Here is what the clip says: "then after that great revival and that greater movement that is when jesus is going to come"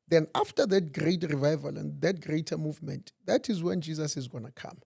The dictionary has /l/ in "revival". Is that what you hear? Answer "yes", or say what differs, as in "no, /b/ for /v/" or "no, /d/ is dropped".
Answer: yes